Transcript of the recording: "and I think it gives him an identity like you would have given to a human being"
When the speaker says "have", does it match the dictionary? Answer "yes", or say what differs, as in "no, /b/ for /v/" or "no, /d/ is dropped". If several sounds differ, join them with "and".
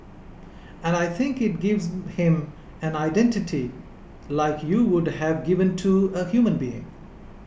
yes